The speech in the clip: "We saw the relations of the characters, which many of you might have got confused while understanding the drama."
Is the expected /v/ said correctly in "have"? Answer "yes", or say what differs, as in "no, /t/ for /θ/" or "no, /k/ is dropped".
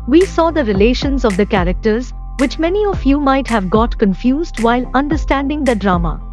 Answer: yes